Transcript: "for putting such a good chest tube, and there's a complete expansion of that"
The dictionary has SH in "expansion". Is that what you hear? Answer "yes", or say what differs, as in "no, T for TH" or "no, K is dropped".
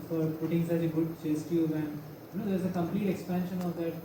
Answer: yes